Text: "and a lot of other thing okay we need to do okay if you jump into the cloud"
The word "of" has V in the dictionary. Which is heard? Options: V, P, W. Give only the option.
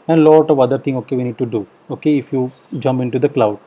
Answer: V